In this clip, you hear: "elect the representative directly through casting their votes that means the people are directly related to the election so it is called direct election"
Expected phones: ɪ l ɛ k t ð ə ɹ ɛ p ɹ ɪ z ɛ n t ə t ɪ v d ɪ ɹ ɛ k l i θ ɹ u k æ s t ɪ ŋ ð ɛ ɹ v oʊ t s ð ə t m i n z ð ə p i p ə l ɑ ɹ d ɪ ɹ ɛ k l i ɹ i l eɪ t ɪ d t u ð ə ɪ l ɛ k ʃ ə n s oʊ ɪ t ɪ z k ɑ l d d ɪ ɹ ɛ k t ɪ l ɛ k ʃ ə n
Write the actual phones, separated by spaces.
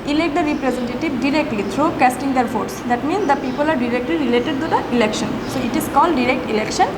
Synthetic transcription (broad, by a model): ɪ l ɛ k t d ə ɹ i p ɹ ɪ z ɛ n t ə t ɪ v d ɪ ɹ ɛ k l i t ɹ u k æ s t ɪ ŋ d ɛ ɹ f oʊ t s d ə t m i n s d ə p i p ə l ɑ ɹ d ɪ ɹ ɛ k l i ɹ i l eɪ t ɪ d t u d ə ɪ l ɛ k ʃ ə n s oʊ ɪ t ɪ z k ɑ l d d ɪ ɹ ɛ k t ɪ l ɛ k ʃ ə n